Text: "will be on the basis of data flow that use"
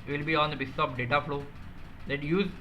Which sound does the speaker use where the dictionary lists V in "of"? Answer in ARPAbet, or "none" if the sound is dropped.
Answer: P